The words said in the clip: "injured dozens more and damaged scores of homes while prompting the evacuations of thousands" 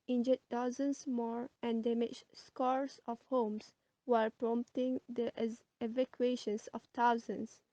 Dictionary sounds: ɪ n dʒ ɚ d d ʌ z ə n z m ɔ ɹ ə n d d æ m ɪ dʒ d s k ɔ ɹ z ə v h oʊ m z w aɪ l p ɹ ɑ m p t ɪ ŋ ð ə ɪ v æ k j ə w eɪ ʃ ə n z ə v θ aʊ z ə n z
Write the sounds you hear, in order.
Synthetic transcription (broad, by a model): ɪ n dʒ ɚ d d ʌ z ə n s m ɔ ɹ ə n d d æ m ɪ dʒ s k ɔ ɹ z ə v h oʊ m s w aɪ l p ɹ ɑ m p t ɪ ŋ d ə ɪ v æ k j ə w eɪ ʃ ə n s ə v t aʊ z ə n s